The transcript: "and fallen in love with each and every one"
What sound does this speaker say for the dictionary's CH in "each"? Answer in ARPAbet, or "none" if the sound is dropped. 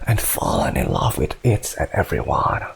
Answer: S